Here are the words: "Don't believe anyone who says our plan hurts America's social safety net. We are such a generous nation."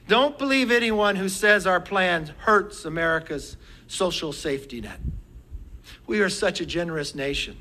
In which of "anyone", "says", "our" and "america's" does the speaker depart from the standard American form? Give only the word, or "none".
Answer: none